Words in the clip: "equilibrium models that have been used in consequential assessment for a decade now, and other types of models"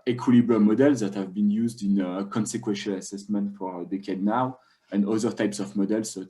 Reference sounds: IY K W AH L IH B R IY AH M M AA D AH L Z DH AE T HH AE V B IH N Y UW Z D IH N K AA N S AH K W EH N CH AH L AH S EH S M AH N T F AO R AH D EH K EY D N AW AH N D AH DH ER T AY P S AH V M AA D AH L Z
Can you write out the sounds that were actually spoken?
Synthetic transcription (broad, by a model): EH K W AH L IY B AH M M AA D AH L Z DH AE T HH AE V B IH N Y UW Z D IH N K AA N S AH K W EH N SH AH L AH S EH S M AH N T F AO R AH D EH K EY D N AW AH N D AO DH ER T AY P S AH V M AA D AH L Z